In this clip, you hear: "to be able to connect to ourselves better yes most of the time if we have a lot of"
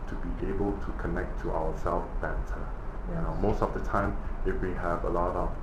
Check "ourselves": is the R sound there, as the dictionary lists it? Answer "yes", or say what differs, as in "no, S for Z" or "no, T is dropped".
no, W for R